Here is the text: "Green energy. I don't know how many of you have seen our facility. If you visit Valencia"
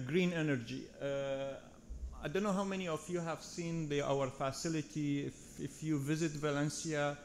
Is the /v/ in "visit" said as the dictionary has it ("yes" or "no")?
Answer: yes